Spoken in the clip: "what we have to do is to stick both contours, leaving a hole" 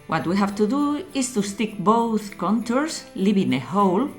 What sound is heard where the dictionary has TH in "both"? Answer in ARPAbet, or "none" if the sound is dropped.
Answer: TH